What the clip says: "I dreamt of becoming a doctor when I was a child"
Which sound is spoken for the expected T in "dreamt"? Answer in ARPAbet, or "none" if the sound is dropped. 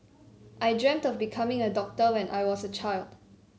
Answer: T